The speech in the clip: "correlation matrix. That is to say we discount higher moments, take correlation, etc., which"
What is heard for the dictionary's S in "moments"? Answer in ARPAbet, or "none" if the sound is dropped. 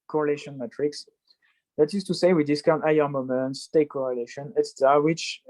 S